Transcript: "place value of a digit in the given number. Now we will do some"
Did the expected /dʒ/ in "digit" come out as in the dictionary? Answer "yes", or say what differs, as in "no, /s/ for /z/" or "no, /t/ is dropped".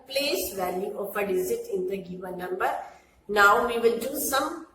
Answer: no, /z/ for /dʒ/